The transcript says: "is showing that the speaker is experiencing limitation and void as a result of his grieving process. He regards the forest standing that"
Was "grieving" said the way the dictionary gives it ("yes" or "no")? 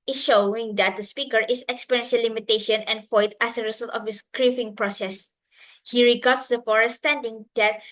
no